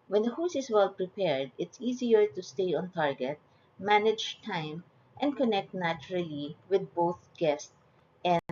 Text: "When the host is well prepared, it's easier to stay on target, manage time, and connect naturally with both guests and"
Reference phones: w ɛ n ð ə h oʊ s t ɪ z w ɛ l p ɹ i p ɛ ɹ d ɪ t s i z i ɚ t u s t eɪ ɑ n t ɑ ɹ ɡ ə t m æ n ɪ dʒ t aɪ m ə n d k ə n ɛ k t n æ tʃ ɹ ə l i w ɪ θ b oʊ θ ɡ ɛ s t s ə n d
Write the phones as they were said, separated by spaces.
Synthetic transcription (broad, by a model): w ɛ n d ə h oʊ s ɪ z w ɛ l p ɹ i p ɛ ɹ d ɪ t s i z i ɚ t u s t eɪ ɑ n t ɑ ɹ ɡ ə t m æ n ɪ dʒ t aɪ m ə n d k ə n ɛ k t n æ tʃ ɹ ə l i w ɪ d b oʊ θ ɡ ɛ s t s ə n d